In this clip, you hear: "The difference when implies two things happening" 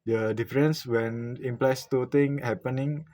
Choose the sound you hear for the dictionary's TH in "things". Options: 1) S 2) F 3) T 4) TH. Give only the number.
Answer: 3